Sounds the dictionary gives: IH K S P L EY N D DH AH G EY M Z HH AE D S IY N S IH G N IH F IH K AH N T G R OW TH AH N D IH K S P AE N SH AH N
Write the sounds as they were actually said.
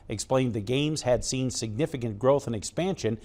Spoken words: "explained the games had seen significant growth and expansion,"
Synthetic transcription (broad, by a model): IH K S P L EY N DH AH G EY M Z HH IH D S IY N S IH G N IH F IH K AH N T G R OW TH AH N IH K S P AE N SH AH N